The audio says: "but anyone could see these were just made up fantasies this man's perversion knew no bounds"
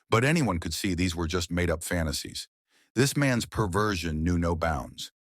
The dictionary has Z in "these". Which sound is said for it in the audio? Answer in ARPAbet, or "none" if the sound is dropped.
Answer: Z